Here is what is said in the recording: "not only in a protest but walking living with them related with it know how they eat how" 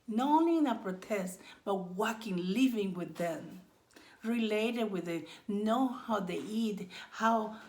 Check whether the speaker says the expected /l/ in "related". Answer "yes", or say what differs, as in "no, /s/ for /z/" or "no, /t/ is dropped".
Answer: yes